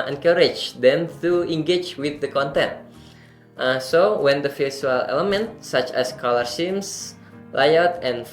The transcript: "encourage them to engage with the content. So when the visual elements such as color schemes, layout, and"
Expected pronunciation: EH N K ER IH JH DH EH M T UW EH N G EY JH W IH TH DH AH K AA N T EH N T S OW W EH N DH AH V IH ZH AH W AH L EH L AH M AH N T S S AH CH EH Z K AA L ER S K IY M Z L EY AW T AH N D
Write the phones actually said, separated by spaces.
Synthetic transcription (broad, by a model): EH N K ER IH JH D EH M T UW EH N G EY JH W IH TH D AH K AA N T EH N T S OW W EH N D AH F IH S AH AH L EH L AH M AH N T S S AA CH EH S K AA L ER S IY M S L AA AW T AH N